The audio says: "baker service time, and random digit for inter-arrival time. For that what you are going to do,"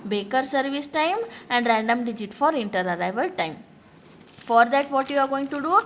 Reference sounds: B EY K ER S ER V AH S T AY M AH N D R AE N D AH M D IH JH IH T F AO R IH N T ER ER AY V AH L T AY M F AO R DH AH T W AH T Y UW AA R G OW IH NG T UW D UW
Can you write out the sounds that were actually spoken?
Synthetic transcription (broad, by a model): B EY K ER S ER V AH S T AY M AH N D R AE N D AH M D IH JH IH T F AO R IH N T ER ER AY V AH L T AY M F AO R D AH T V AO T Y UW AA R G OW IH NG T UW D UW